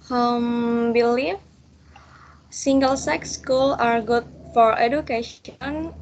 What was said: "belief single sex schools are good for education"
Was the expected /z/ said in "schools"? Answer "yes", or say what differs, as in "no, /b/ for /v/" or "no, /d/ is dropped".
no, /z/ is dropped